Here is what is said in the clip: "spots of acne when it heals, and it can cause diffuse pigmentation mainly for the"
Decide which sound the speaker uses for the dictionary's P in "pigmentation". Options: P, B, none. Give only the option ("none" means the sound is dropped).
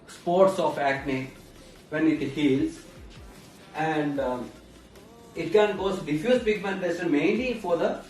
B